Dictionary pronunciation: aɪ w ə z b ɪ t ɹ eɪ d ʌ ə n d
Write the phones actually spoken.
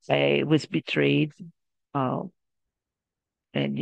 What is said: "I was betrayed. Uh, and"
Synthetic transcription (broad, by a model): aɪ w ə z b ɪ t ɹ eɪ d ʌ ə n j